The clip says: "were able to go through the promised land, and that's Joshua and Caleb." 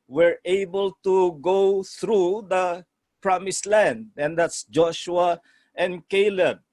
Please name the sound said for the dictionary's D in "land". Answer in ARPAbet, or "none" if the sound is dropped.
D